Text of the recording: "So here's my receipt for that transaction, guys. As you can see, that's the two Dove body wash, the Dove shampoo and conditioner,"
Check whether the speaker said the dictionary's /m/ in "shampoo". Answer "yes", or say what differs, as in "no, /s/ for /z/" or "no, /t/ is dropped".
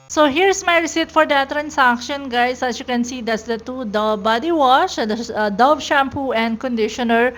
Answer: yes